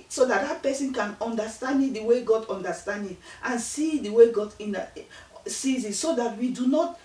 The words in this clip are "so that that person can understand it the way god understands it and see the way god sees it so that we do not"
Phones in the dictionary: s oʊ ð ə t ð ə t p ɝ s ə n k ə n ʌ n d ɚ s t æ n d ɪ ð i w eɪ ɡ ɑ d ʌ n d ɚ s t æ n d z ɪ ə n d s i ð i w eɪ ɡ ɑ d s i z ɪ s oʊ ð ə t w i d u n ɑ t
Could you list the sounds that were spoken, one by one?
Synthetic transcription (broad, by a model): s oʊ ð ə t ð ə t p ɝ s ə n k ə n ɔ n d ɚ s t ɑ n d ɪ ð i w eɪ ɡ ɑ d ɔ n d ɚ s t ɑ n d ɪ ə n s i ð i w eɪ ɡ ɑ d s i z ɪ s oʊ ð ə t w i d u n ɑ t